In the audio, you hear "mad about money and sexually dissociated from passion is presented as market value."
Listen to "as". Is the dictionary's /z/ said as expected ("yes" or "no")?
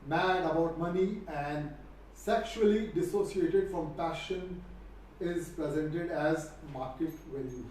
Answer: yes